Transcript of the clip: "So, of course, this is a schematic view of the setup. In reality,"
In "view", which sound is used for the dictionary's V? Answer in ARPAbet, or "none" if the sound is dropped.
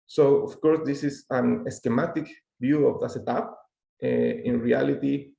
B